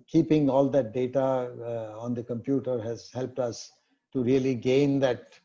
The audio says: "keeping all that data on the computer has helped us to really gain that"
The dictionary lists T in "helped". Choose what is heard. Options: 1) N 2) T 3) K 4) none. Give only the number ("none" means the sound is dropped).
2